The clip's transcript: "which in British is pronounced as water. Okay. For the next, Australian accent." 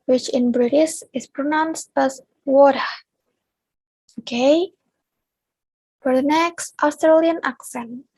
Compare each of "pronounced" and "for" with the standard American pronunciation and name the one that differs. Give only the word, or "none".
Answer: none